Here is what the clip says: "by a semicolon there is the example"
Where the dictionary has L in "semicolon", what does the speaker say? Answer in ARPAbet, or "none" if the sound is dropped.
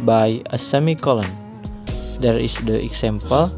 L